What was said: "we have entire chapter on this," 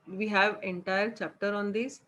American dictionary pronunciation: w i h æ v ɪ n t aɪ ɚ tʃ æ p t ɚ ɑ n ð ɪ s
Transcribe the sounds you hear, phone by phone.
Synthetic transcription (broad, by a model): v i h æ v ɪ n t aɪ ɚ tʃ æ p t ɚ ɑ n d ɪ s